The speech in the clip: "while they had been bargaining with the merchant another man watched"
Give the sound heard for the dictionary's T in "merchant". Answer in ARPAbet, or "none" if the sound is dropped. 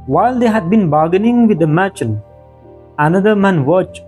none